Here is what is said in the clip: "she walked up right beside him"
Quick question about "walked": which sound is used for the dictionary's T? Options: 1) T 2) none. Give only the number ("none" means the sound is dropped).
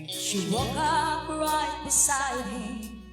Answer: 2